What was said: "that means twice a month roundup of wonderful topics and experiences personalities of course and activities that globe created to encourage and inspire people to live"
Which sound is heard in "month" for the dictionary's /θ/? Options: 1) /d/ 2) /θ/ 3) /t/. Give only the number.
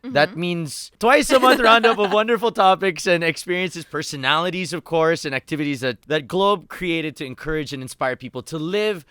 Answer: 2